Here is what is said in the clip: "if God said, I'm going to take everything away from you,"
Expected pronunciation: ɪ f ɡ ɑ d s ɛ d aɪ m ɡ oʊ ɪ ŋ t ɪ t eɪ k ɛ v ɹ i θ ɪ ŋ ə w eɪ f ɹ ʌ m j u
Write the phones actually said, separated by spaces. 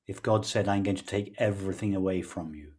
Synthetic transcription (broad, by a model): ɪ f ɡ ɑ d s ɛ d aɪ m ɡ oʊ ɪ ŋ t ɪ t eɪ k ɛ v ɹ i θ ɪ ŋ ə w eɪ f ɹ ʌ m j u